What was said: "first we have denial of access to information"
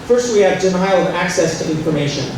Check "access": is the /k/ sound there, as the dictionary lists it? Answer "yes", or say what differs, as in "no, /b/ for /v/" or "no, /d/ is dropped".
yes